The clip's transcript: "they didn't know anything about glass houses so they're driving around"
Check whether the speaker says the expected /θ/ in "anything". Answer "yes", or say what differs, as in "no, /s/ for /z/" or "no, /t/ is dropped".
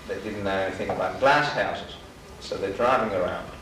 yes